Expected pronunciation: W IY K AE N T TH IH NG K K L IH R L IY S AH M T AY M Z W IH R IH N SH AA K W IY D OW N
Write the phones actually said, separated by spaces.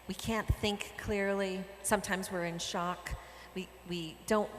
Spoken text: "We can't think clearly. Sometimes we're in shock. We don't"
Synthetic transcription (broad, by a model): W IY K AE N TH IH NG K K L IH R L IY S AH M T AY M Z W IH R IH N SH AA K W IY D OW N